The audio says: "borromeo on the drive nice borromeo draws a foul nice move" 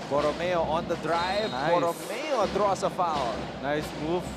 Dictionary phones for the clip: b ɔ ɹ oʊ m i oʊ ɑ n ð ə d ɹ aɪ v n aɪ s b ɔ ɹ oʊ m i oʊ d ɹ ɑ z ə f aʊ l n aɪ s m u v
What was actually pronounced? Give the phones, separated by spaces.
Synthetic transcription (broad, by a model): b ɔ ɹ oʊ m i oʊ ɑ n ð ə d ɹ aɪ v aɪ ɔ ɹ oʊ m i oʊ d ɹ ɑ s ə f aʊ n n aɪ s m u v